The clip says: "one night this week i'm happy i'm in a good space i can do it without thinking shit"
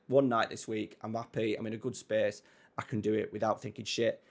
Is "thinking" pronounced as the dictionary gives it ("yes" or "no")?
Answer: yes